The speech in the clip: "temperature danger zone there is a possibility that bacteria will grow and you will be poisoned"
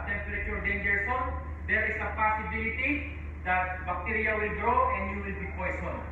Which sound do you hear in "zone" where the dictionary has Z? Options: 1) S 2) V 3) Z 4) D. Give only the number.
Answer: 1